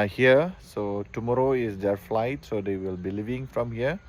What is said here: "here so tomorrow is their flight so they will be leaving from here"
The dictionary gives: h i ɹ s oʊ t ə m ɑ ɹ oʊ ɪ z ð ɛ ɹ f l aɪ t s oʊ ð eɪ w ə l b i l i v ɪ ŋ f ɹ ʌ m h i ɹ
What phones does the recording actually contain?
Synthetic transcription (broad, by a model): h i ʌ s oʊ t ə m ɑ ɹ oʊ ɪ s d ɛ ɹ f l aɪ t s oʊ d eɪ w ə l b i l i v ɪ ŋ f ɹ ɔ m h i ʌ